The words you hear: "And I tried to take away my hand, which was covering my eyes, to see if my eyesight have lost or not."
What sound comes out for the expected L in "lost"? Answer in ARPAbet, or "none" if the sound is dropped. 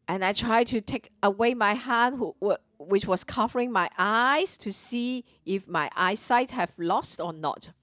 L